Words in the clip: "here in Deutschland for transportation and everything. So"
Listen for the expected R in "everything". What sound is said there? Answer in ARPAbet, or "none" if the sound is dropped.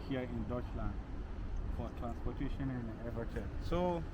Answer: none